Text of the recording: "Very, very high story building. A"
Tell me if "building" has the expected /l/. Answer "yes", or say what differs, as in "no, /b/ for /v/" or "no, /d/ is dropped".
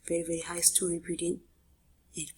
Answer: no, /l/ is dropped